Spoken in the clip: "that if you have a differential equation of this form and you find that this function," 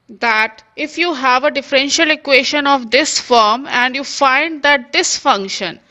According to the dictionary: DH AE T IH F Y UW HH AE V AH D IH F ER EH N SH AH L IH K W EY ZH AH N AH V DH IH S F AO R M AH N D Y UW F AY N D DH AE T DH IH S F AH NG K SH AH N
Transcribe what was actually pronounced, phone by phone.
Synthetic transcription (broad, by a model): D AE T IH F Y UW HH AE V AH D IH F ER EH N SH AH L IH K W EY SH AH N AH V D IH S F AO R M AH N D Y UW F AY N D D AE T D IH S F AH NG K SH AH N